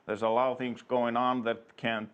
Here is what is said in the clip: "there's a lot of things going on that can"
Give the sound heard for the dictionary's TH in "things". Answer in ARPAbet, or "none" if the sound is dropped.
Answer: TH